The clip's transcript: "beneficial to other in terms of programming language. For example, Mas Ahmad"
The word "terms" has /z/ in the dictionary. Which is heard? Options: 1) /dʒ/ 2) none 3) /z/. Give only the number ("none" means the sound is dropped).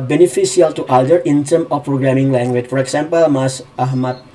2